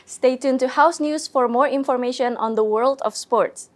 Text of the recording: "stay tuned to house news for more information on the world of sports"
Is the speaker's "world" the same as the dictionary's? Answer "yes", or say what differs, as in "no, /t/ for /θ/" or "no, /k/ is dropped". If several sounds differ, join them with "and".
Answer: yes